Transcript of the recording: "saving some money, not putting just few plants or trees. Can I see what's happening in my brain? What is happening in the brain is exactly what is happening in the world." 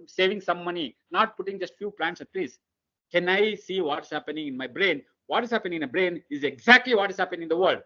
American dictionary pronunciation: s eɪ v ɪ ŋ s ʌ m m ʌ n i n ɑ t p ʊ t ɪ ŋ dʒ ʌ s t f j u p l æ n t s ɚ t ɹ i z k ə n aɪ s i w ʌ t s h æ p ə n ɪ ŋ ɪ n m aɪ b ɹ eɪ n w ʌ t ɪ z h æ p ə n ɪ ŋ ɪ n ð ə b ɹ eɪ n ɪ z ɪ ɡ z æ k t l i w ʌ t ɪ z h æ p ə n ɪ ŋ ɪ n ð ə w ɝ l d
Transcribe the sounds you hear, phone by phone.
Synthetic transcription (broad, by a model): s eɪ v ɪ ŋ s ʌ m m ʌ n i n ɑ t p ʊ t ɪ ŋ dʒ ʌ s t f j u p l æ n t s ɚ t l i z k ə n aɪ s i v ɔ t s h æ p ə n ɪ ŋ ɪ n m aɪ b ɹ eɪ n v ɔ t ɪ z h æ p ə n ɪ ŋ ɪ n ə b ɹ eɪ n ɪ z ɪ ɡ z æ k t l i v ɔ t ɪ z h æ p ə n ɪ ŋ ɪ n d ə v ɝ l d